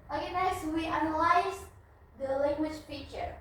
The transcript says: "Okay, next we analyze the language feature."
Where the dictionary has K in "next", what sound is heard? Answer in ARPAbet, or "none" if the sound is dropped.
none